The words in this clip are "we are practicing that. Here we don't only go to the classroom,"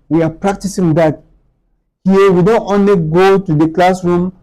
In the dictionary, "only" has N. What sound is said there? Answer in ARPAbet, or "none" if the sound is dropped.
N